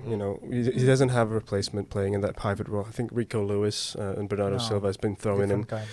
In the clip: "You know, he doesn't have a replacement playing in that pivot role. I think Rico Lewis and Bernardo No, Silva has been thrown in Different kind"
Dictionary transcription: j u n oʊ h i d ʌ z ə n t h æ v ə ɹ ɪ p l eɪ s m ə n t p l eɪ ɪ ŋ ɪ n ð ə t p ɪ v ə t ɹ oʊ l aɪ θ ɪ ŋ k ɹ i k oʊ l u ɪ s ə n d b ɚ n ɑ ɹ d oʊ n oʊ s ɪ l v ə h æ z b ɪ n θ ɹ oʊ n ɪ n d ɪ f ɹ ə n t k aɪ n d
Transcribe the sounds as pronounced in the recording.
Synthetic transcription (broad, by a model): j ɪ n oʊ h i d ʌ z ə n t h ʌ v ə ɹ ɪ p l eɪ s m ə n p l eɪ ɪ ŋ ɪ n ð ə t p ɪ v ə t ɹ oʊ l aɪ θ ɪ ŋ k ɹ i k oʊ l u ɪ s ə n b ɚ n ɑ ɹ d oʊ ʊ s ɪ l v ə z b ɪ n θ ɹ oʊ ɪ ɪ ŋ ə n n